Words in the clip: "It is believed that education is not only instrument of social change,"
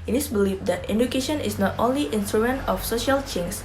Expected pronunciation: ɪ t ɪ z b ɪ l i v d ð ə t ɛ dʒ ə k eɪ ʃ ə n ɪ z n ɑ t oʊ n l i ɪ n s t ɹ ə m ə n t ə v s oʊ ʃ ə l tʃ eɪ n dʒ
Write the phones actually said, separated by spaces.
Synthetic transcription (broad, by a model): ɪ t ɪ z b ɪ l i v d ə t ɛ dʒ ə k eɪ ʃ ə n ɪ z n ɑ t oʊ n l i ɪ n s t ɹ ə ə n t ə f s oʊ ʃ ə l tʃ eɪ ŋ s